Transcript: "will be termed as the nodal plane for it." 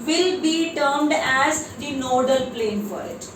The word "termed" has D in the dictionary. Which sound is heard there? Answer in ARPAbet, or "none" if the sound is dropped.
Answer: D